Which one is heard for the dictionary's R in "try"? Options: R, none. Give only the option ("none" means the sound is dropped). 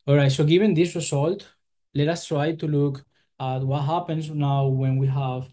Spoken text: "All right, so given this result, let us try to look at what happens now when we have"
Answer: R